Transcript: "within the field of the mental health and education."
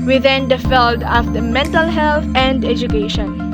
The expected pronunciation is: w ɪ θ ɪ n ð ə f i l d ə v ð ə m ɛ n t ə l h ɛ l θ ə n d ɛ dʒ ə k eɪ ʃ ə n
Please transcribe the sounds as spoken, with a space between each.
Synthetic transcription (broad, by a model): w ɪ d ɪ n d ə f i l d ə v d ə m ɛ n t ə l h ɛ l t ə n d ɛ dʒ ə k eɪ ʃ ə n